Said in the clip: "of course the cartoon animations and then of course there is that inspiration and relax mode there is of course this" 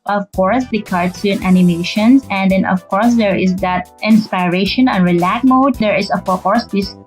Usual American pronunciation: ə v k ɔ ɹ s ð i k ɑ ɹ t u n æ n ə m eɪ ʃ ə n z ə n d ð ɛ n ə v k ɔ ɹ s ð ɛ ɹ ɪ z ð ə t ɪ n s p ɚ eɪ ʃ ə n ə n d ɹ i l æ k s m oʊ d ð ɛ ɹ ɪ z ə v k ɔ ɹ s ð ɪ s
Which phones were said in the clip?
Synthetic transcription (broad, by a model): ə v k ɔ ɹ s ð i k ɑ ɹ s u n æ n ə m eɪ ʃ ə n s ə n d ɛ n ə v k ɔ ɹ s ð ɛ ɹ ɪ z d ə t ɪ n s p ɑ eɪ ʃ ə n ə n ɹ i l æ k m oʊ d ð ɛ ɹ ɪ s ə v k ɔ ɹ s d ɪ s